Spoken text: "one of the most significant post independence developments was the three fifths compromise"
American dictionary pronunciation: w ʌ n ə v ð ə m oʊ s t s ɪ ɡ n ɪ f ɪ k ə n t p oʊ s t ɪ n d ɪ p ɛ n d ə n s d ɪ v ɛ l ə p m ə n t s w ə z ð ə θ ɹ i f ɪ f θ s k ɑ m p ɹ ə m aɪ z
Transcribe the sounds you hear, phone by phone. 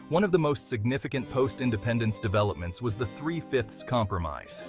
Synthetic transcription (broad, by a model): w ʌ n ə v ð ə m oʊ s t s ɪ ɡ n ɪ f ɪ k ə n p oʊ s t ɪ n d ɪ p ɛ n d ə n s d ɪ v ɛ l ə p m ə n t s w ə z ð ə θ ɹ i f ɪ f θ s k ɑ m p ɹ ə m aɪ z